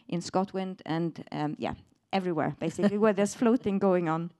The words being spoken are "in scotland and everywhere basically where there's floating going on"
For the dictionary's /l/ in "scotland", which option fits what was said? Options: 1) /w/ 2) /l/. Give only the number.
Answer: 1